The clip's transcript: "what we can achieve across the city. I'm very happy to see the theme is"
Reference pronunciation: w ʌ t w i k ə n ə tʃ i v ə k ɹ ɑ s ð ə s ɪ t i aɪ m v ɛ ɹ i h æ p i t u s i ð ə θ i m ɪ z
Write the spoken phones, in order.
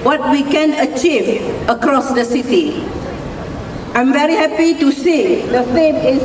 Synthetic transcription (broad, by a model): w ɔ t w i k ə n ə tʃ i v ə k ɹ ɑ s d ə s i t i aɪ m v ɛ ɹ i h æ p i t u s i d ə f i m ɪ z